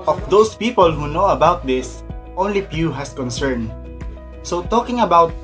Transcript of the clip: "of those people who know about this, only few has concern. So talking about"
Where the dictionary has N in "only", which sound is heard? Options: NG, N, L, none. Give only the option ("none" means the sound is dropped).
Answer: N